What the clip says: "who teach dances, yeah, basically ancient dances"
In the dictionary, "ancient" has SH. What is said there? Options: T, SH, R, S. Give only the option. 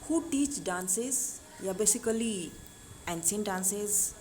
S